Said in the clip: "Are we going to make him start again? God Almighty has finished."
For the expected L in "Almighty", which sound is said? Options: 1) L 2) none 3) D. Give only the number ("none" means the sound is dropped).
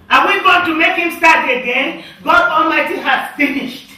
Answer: 1